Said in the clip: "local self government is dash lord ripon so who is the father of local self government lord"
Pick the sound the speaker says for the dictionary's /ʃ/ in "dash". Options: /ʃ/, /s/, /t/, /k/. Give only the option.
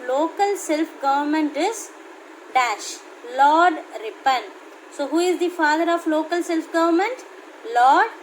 /ʃ/